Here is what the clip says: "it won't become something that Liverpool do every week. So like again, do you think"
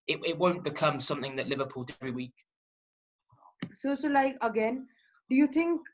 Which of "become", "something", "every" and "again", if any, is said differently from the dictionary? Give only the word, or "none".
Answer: none